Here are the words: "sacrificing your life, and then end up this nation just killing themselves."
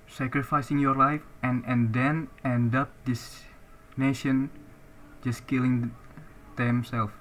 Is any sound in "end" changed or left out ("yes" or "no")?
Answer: no